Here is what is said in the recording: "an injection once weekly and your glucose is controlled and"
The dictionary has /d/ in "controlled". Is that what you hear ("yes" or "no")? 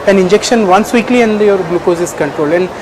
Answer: no